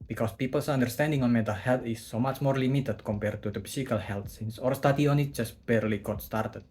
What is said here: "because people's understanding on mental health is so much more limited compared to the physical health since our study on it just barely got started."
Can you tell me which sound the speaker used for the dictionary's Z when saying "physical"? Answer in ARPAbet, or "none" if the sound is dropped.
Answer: S